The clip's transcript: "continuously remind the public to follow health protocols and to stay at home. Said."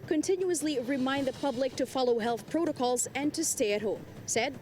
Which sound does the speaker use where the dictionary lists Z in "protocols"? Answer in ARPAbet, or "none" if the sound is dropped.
Z